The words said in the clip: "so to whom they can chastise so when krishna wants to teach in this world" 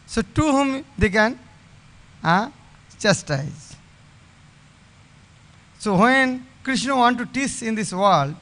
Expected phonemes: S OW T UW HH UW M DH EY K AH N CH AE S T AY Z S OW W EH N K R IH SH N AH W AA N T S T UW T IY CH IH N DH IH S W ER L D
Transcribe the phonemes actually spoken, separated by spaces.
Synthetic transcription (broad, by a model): S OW T UW HH UW M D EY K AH N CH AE S T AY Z S OW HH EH N K R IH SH N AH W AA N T T UW T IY S IH N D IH S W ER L D